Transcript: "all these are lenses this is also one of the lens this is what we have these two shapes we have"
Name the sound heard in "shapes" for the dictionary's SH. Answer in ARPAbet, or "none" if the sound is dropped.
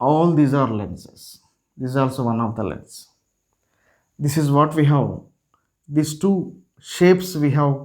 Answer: SH